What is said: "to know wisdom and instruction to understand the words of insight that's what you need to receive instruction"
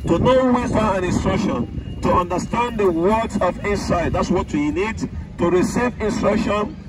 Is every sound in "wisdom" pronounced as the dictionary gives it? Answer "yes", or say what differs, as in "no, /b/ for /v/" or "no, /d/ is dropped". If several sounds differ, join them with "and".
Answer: no, /m/ is dropped